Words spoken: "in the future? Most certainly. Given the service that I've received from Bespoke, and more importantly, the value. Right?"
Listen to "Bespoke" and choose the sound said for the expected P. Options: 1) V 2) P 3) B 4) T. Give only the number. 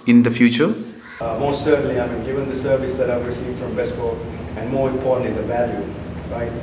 3